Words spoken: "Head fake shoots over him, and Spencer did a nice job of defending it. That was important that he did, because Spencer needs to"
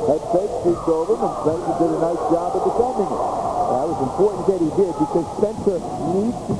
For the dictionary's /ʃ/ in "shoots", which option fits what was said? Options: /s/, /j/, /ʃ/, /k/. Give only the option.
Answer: /s/